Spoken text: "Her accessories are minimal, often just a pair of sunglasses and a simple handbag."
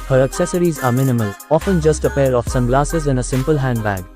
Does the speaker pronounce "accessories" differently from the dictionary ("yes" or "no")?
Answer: no